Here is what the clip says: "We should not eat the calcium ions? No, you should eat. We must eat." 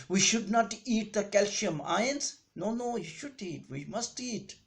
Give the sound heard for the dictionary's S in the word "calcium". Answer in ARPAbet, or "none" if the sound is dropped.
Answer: SH